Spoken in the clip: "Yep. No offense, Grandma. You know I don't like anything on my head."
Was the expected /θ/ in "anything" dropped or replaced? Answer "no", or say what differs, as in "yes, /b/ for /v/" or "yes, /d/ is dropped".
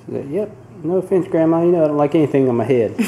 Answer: no